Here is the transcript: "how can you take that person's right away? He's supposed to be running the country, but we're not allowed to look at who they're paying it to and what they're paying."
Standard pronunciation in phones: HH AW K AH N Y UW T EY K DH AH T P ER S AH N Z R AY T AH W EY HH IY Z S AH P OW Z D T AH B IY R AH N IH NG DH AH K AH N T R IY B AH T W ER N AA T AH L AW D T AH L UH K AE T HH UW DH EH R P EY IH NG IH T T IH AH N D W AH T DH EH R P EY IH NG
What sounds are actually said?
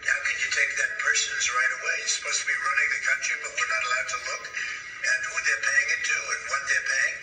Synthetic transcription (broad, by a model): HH AW K AH N Y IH T EY K DH AH T P ER S AH N Z R AY T AH W EY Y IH S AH P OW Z T AH B IY R AH N IH NG DH AH K AH N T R IY B AH T W ER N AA T AH L AW D T AH L UH K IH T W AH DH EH R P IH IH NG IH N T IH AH N W AH T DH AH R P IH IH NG